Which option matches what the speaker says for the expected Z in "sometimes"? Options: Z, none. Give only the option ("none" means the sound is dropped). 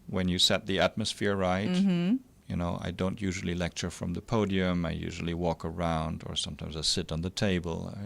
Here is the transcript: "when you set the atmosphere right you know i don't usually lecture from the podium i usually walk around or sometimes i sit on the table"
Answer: Z